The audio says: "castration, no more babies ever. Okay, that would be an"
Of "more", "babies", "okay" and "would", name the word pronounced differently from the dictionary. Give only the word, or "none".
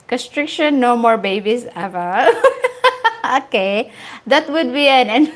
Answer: babies